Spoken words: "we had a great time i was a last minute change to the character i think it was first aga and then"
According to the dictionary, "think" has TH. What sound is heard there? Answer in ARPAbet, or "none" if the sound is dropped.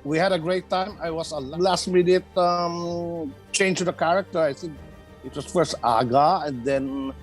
S